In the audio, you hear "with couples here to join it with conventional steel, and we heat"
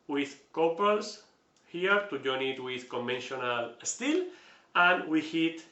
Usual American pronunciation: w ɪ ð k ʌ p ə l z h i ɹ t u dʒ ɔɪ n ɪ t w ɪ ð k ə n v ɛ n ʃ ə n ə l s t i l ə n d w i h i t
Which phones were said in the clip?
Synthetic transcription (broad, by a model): w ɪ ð k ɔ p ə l s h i ɹ t u dʒ ɔɪ n ɪ t w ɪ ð k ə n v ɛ n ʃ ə n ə l s t i l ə n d w i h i t